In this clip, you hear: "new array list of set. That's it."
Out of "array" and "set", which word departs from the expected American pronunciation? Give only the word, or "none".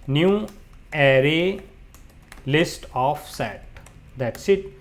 none